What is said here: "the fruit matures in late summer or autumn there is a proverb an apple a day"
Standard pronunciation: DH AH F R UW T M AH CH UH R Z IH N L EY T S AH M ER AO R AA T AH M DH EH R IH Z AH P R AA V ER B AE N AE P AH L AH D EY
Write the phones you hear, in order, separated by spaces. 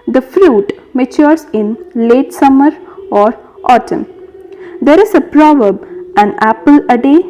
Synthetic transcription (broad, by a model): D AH F R UW T M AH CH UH R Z IH N L EY T S AH M ER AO R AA T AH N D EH R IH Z AH P R AA V ER B AE N AE P AH L AH D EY